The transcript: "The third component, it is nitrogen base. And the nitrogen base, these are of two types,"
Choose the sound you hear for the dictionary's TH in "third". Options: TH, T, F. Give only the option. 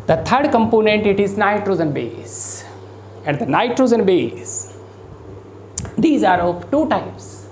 T